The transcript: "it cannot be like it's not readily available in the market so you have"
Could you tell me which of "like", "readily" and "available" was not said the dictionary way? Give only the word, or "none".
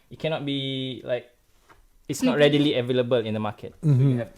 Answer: none